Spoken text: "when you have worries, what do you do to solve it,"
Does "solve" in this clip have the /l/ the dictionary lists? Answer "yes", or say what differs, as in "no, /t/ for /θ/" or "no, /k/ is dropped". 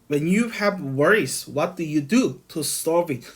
no, /l/ is dropped